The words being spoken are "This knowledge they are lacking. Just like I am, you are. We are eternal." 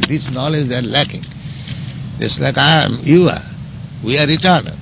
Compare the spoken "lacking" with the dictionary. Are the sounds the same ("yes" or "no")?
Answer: yes